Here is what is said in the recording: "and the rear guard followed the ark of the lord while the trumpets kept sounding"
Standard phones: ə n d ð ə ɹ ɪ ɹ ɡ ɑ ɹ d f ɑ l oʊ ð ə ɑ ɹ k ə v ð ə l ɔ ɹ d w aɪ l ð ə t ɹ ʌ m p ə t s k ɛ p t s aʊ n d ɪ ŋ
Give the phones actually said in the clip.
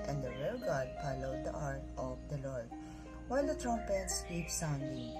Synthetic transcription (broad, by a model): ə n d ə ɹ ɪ l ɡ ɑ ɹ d p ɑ l oʊ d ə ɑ ɹ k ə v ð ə l ɔ ɹ d w aɪ l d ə t ɹ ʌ m p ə t s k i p s aʊ n d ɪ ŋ